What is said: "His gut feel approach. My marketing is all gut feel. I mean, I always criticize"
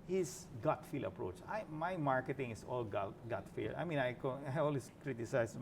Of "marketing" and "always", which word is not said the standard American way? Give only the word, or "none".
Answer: always